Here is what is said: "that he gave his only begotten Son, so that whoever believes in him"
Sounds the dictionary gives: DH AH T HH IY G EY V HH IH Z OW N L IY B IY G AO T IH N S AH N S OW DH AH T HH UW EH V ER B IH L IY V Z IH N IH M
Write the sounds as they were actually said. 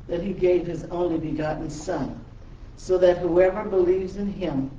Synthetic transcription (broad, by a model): DH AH T HH IY G EY V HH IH Z OW N L IY B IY G AO T N S AH N S OW DH AH T HH UW EH V ER B IH L IY V Z IH N IH M